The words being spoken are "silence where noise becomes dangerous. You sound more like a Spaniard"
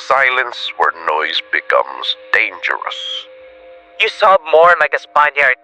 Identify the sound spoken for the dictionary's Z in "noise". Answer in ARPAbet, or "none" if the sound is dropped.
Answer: Z